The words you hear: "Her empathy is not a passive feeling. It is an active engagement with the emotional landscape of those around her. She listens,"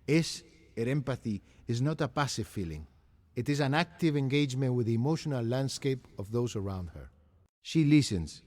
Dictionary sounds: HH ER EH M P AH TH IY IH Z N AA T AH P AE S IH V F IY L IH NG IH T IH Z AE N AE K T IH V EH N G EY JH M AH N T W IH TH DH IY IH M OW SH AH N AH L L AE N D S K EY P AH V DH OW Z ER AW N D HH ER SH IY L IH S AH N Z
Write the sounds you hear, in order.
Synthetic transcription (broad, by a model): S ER EH M P AH TH IY IH Z N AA T AH P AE S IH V F IY L IH NG IH T IH Z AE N AE K T IH V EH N G EY JH M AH N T W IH DH IY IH M OW SH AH N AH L L AE N D S K EY P AH V DH OW Z ER AW N D HH ER SH IY L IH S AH N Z